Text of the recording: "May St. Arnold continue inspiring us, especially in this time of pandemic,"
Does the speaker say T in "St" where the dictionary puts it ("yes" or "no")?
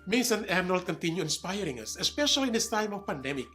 no